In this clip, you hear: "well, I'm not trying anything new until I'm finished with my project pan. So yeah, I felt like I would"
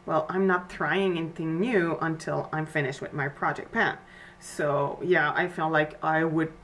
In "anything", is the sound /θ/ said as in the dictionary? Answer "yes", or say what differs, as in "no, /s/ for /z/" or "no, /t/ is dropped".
yes